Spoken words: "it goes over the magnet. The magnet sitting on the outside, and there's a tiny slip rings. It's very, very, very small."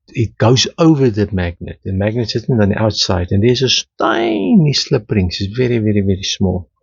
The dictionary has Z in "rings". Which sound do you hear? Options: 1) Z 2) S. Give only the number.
2